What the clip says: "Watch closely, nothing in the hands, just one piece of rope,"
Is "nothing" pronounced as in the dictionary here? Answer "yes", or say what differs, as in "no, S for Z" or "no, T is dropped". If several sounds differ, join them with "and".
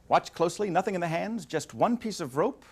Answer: yes